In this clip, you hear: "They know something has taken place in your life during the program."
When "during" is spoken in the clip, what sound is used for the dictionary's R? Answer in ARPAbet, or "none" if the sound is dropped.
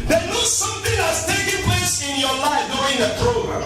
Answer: none